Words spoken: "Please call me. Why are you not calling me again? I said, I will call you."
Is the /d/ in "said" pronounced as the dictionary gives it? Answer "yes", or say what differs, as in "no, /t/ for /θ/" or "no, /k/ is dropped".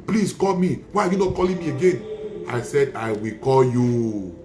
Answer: yes